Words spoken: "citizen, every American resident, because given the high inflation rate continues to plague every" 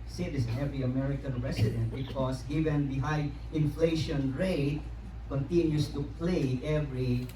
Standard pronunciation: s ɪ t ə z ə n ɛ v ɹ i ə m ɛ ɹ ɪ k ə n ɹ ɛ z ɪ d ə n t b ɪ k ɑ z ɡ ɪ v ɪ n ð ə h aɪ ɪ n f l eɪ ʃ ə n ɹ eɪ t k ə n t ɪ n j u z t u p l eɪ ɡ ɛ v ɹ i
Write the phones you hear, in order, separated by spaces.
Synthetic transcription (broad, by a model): s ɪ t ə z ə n ɛ v ɹ i ə m ɛ ɹ ɪ k ə n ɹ ɛ s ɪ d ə n t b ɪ k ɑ s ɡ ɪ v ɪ n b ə h aɪ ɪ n f l eɪ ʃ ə n ɹ eɪ t k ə n t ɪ n j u s t u p l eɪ ɛ v ɹ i